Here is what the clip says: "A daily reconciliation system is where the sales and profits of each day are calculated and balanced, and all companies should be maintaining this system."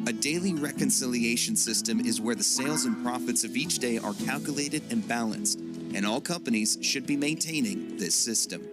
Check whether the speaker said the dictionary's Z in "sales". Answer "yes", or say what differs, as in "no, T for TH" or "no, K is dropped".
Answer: yes